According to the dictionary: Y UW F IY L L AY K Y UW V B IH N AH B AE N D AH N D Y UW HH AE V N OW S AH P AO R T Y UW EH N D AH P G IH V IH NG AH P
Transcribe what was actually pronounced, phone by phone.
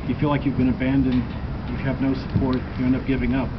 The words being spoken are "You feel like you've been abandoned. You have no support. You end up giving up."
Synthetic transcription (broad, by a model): Y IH F IY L L AY K Y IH V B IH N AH B AE N D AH N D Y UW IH V N OW S AH P AO R T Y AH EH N AH P G IH V IH NG AH P